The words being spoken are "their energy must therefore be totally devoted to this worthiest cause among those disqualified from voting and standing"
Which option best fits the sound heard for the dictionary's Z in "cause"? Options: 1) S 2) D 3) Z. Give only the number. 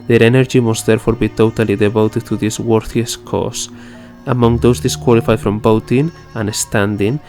1